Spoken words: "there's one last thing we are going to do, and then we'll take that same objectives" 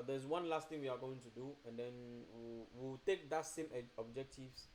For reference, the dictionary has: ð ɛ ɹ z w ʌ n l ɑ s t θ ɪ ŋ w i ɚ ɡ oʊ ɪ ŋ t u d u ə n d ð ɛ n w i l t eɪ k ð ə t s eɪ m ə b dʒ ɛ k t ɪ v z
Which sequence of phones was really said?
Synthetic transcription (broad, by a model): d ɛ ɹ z w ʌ n l ɑ s t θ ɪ ŋ w i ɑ ɡ oʊ ɪ ŋ t u d u ə n d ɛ n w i w t eɪ k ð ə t s eɪ m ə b dʒ ɛ k t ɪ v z